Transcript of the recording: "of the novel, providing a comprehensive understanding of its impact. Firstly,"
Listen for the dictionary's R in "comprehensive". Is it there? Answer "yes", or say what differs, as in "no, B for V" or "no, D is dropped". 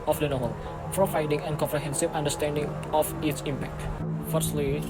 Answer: yes